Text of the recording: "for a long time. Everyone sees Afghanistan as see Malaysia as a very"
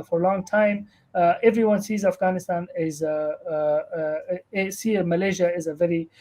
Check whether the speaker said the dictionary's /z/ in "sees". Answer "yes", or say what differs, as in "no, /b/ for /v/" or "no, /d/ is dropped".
yes